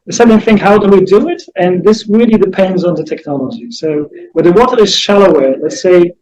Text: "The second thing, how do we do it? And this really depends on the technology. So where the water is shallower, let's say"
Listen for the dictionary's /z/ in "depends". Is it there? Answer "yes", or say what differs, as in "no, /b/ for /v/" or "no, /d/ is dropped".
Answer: yes